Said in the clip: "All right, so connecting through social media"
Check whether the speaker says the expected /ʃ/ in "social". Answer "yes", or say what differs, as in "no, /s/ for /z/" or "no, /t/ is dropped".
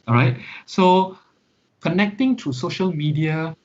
yes